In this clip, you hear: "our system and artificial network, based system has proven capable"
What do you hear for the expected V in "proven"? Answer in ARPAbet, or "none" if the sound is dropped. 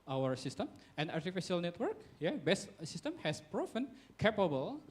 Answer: F